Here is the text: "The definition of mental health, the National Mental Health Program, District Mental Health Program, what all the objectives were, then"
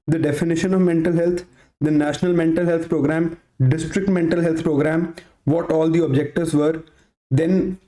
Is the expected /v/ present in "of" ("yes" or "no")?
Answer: yes